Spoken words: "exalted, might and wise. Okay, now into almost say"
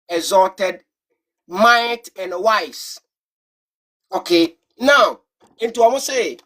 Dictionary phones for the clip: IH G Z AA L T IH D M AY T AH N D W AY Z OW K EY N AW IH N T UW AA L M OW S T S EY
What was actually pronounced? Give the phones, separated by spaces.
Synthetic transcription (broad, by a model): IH Z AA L T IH D M AY T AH N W AY S OW K EY N AW IH N T UW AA M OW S S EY